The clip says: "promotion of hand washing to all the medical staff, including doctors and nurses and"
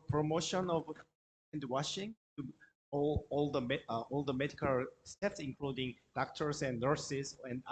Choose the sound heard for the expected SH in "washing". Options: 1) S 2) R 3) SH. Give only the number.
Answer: 3